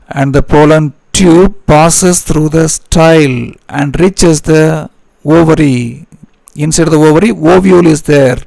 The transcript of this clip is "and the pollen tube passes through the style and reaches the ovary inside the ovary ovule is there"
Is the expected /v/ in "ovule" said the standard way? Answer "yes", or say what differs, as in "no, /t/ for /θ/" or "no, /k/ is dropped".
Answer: yes